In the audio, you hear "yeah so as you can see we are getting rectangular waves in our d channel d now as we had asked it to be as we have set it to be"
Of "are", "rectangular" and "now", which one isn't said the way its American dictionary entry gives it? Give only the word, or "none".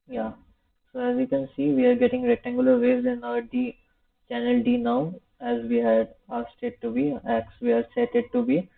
rectangular